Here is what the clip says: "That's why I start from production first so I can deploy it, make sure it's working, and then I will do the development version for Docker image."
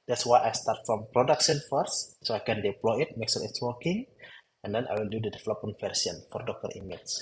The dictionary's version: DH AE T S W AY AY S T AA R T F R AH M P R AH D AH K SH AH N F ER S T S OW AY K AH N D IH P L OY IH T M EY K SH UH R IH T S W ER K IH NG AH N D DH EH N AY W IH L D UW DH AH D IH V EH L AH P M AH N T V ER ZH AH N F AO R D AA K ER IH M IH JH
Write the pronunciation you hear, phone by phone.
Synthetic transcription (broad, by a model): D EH T S W AY AY S T AA R T F R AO M P R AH D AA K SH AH N F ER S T S OW AY K AH N D IH P L OY IH T M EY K S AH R IH T S W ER K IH NG AH N D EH N AY W IH L D UW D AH D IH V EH L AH P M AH N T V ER S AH N F AO R D AA K ER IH M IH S